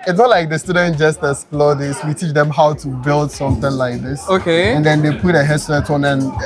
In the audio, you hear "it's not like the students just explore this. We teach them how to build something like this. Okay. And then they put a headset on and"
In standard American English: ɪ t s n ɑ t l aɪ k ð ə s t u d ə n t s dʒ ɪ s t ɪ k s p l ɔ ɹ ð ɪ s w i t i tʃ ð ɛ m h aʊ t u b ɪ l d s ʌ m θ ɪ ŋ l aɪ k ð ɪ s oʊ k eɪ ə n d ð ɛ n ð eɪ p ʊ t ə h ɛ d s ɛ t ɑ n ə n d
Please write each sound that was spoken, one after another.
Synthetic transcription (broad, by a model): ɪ t s n ɑ t l aɪ k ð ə s t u d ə n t dʒ ɪ s t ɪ s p l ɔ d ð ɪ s w i t i tʃ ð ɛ m h aʊ t u b ɪ l d s ʌ m θ ɪ ŋ l aɪ k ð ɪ s oʊ k eɪ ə n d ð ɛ n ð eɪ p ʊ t ə h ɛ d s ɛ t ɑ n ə n